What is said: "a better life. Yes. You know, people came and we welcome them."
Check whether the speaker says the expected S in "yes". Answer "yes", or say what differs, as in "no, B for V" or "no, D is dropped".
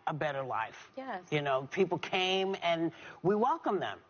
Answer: no, S is dropped